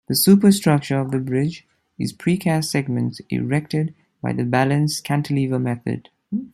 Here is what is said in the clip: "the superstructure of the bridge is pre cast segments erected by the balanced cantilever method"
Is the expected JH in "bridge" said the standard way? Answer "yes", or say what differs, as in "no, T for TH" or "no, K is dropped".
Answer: yes